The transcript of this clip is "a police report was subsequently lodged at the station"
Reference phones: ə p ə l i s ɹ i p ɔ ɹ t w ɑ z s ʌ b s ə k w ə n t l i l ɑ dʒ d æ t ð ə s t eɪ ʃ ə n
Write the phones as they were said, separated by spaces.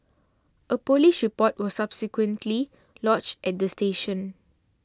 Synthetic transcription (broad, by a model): ə p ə l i ʃ ɹ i p ɔ t w ɑ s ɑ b s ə k w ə n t l i l ɑ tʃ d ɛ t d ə s t eɪ ʃ ə n